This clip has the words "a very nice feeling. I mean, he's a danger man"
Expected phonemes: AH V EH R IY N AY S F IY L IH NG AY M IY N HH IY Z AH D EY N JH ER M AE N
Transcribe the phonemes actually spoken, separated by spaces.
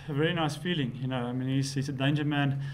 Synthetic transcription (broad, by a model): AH V EH R IY N AY S F IY L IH NG AY M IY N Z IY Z AH D EY N JH ER M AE N